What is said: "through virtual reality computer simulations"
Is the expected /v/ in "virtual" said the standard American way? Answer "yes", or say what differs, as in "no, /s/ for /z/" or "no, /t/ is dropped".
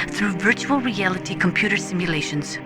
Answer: yes